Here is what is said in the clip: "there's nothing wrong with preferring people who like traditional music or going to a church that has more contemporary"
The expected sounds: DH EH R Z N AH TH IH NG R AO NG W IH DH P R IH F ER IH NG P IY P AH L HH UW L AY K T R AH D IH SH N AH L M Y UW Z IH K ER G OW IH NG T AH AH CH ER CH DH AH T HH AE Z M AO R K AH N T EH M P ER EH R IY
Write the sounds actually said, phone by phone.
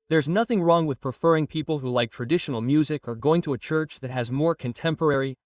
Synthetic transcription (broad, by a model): DH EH R Z N AH TH IH NG R AO NG W IH DH P R IH F ER IH NG P IY P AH L HH UW L AY K T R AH D IH SH N L M Y UW Z IH K ER G OW IH NG T AH AH CH ER CH DH AH T HH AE Z M AO R K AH N T EH M P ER EH R IY